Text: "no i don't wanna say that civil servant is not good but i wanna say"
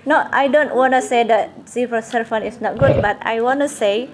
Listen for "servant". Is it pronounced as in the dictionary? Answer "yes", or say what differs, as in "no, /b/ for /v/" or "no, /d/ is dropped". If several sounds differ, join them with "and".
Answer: no, /f/ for /v/ and /t/ is dropped